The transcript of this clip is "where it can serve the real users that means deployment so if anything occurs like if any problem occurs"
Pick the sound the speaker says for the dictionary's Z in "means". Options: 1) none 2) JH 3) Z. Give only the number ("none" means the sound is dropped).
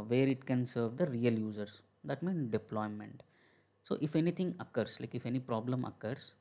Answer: 1